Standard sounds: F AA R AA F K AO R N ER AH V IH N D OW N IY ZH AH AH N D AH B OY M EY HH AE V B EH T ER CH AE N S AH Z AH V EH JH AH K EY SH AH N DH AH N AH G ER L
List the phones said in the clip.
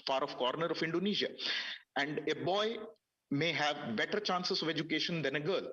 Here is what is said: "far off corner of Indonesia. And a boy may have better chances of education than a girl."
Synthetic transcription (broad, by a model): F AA R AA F K AO R N ER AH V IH N D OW N IY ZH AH AH N D AH B OY M EY HH AE V B EH T ER CH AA N S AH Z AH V EH JH AH K EY SH AH N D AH N AH G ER L